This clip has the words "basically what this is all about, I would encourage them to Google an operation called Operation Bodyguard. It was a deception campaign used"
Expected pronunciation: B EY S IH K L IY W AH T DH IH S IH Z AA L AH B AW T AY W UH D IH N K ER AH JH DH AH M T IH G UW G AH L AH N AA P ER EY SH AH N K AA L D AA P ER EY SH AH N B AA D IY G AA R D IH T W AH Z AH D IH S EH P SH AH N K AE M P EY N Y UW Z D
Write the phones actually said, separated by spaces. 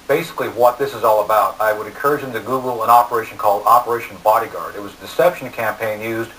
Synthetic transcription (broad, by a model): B EY S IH K L IY W AH T DH IH S IH Z AA L AH B AW T AY W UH D IH N K ER AH JH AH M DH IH G UW G L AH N AA P ER EY SH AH N K AA L D AA P ER EY SH N B AA D IY G AA R D IH T W AH Z AH D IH S EH P SH N K AE M P EY N Y UW Z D